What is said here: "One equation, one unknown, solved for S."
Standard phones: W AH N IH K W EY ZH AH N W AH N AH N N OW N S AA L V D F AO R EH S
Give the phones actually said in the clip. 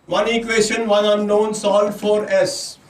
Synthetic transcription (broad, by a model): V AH N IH K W EY SH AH N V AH N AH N N OW N S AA L D F AO R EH S